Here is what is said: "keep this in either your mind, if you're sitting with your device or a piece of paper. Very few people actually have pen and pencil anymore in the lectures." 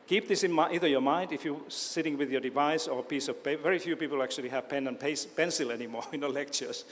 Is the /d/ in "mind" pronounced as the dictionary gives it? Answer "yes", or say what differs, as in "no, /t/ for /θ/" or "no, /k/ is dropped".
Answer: yes